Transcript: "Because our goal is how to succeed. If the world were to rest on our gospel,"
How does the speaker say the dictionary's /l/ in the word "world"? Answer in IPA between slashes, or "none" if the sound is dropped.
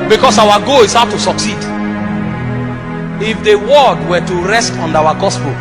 none